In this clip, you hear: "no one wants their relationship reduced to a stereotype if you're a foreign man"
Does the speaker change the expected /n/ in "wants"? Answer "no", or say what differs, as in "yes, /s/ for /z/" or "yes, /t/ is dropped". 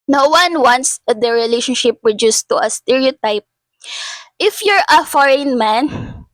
no